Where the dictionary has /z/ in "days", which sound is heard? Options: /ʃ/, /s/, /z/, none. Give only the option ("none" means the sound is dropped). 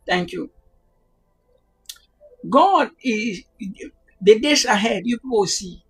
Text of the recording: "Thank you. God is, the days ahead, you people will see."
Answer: /s/